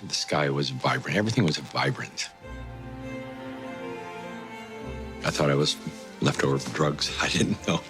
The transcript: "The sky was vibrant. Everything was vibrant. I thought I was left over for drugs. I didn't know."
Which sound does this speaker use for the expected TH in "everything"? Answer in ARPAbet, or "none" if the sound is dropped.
TH